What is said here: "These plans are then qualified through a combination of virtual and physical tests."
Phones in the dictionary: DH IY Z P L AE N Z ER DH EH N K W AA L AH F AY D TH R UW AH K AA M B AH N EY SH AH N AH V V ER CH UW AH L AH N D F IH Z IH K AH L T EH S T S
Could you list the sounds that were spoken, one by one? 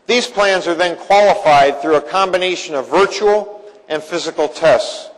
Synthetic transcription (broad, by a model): DH IY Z P L AE N Z ER DH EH N K W AA L AH F AY D TH R UW AH K AA M B AH N EY SH AH N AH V V ER CH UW L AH N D F IH Z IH K L T EH S T S